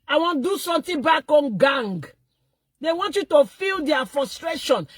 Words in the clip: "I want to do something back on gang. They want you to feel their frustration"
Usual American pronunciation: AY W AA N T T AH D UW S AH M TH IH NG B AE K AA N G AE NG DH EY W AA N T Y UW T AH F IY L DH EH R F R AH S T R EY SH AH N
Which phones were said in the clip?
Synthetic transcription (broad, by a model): AY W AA N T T D UW S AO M T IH B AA K AA N G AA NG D EY W AA N T Y UW T AH F IY L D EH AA F R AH S T R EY SH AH N